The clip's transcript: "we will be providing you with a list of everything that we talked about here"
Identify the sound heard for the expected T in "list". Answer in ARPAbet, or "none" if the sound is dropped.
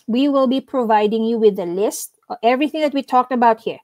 T